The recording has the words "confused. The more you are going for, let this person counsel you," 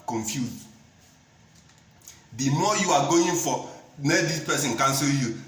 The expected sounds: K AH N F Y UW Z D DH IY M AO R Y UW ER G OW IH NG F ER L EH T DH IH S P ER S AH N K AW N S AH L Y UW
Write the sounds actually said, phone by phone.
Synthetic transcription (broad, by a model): K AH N F Y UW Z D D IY M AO Y UW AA G OW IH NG F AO N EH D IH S P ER S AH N K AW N S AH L Y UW